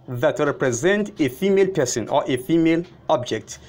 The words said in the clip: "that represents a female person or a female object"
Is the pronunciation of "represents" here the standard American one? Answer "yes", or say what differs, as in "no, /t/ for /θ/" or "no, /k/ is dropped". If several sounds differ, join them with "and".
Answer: no, /s/ is dropped